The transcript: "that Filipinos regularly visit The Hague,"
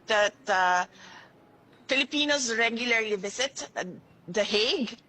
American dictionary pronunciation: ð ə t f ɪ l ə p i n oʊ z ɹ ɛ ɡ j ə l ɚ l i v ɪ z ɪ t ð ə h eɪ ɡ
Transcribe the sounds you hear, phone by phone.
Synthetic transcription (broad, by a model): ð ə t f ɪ l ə p i n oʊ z ɹ ɛ ɡ j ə l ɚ l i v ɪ s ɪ t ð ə h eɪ ɡ